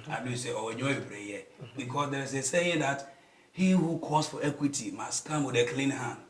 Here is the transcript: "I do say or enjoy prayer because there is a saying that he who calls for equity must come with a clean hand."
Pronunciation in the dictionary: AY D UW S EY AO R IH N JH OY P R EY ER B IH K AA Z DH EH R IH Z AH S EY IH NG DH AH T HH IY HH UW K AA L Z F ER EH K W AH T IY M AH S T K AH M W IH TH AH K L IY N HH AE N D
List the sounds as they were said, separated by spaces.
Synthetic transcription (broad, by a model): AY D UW S EY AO W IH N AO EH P R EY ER B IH K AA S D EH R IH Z AH S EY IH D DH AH T HH IY HH UW K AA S F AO EH K W AH T IY M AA S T K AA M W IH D AH K L IY N HH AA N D